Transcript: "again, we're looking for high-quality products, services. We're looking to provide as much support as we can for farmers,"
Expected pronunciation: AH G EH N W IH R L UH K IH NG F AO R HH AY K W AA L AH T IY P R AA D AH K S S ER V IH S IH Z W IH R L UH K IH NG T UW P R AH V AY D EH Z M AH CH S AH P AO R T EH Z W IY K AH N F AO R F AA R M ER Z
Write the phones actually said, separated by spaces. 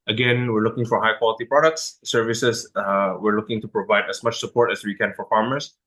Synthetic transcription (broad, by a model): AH G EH N W IH R L UH K IH NG F AO R HH AY K W AA L AH T IY P R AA D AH K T S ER V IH S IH S W IH R L UH K IH NG T UW P R AH V AY D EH S M AH CH S AH P AO R T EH S W IY K AH N F AO R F AA R M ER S